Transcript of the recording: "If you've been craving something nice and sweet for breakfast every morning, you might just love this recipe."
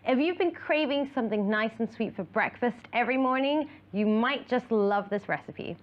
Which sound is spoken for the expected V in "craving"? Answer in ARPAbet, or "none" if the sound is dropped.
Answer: V